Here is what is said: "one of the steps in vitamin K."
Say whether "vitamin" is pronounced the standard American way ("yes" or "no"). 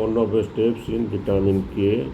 no